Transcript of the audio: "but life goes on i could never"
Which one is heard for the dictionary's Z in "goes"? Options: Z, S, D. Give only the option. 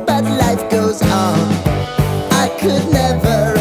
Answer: Z